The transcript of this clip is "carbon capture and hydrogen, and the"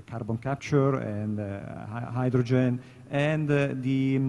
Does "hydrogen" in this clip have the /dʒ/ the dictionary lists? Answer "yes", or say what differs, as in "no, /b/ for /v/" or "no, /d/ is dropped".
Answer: yes